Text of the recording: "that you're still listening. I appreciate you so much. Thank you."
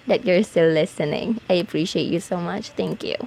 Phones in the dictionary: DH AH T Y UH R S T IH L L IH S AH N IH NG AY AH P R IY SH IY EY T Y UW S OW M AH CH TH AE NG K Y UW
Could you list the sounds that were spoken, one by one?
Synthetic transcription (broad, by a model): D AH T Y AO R S T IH L L IH S AH N IH NG AY AH P R IY SH IY EY T Y UW S OW M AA CH T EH NG K Y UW